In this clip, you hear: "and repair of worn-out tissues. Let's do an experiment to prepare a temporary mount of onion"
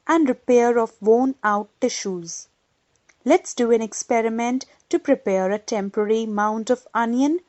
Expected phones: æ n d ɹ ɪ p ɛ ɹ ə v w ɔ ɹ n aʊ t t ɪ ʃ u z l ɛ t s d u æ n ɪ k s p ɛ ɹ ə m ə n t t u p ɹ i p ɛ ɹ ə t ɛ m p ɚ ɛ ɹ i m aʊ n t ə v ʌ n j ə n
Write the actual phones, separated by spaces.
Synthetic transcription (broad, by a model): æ n d ɹ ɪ p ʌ ɹ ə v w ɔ n aʊ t t ɪ ʃ u z l ɛ t s d u æ n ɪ k s p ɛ ɹ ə m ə n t t u p ɹ i p ɛ ɹ ə t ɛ m p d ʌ ɹ i m aʊ n t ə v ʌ n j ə n